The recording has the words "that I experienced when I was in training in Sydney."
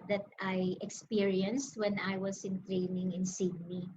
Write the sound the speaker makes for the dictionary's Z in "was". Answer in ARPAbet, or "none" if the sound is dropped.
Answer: S